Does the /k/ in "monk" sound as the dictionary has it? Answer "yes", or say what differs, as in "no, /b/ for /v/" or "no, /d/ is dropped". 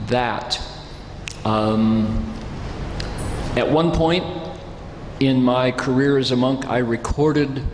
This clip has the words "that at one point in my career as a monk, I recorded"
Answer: yes